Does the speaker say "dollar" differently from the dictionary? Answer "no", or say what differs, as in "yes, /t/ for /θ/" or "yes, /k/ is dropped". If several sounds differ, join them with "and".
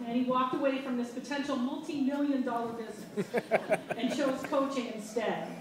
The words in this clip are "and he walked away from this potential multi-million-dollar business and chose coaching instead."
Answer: no